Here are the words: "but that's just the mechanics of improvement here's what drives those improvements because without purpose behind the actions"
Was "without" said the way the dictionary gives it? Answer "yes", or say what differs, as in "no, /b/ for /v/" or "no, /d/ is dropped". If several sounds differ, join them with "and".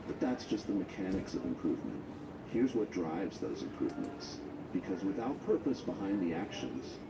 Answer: yes